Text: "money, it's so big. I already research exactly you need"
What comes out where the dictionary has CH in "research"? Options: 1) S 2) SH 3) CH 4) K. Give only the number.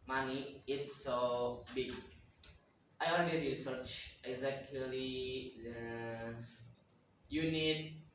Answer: 3